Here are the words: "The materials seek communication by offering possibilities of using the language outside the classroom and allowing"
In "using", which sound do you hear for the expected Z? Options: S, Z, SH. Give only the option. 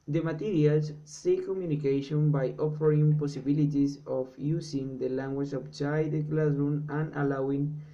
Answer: S